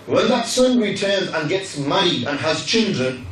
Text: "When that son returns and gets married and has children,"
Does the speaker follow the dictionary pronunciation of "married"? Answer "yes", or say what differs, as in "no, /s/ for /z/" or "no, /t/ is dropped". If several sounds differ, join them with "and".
no, /d/ is dropped